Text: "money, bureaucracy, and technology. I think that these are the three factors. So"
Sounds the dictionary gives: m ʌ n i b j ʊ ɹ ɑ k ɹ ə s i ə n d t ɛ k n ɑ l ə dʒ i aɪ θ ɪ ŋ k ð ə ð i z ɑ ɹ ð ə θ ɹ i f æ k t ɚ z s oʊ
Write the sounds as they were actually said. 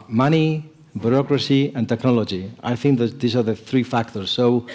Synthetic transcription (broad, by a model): m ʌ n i b j ʊ ɹ ɑ k ɹ ə s i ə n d t ɛ k n ɑ l ə dʒ i aɪ θ ɪ ŋ k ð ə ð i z ɑ ɹ ð ə θ ɹ i f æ k t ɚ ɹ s oʊ